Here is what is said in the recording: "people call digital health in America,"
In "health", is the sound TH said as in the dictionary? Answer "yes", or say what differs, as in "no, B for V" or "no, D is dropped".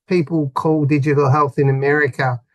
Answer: yes